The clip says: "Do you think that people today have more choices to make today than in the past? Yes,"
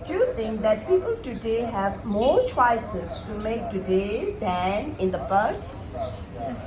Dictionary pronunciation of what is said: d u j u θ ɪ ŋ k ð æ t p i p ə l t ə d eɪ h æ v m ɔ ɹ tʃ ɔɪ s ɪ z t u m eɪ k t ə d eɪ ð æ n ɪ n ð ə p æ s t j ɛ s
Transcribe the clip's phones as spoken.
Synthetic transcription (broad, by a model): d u j u t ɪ ŋ k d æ t p i p ə l t ə d eɪ h æ v m ɔ ɹ tʃ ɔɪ s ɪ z t u m eɪ k t ə d eɪ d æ n ɪ n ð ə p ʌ t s